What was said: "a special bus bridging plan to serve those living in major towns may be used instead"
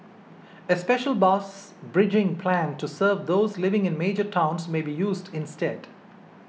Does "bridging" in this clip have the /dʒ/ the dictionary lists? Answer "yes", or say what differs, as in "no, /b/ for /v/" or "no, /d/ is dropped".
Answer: yes